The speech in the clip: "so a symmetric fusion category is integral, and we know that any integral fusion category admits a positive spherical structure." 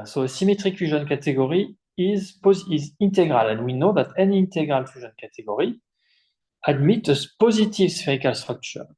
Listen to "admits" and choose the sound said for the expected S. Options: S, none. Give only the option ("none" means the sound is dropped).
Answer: none